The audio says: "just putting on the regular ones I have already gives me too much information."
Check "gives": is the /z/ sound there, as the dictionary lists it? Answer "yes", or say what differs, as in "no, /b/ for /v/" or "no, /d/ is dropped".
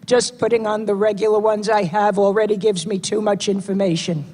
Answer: yes